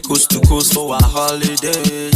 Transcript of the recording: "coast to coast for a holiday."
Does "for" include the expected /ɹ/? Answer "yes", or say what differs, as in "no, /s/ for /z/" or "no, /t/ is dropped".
no, /w/ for /ɹ/